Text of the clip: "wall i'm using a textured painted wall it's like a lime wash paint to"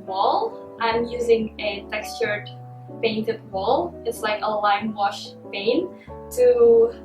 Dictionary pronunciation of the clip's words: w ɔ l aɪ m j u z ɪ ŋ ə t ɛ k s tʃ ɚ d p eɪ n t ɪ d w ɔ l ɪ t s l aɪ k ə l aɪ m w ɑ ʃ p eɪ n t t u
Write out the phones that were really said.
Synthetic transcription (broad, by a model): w ɔ l aɪ m j u z ɪ ŋ ə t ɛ k s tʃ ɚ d p eɪ n t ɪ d w ɔ l ɪ t s l aɪ k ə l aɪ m w ɑ ʃ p eɪ n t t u